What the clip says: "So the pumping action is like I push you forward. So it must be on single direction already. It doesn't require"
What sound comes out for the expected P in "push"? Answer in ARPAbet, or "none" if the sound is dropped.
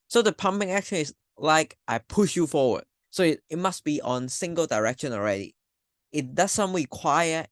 P